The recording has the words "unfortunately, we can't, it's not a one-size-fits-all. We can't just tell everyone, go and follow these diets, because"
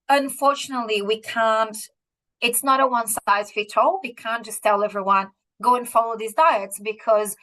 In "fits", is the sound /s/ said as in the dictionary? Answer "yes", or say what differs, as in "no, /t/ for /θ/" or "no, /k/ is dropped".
no, /s/ is dropped